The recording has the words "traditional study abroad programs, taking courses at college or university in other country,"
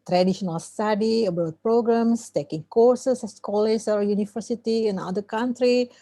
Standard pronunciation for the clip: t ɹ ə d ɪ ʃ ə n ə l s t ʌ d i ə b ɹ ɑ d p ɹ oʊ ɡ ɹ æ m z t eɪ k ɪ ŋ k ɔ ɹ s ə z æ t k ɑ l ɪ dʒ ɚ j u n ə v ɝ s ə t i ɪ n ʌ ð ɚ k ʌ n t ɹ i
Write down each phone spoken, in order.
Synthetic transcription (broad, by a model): t ɹ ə d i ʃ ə n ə l s t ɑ d i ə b ɑ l p ɹ oʊ ɡ ɹ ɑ m s t eɪ k ɪ ŋ k ɔ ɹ s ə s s k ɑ l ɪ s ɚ j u n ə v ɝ s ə t i ɪ n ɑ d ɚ k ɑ n t ɹ i